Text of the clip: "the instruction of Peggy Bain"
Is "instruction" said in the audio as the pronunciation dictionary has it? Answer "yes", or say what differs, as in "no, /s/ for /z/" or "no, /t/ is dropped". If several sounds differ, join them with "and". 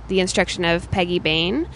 yes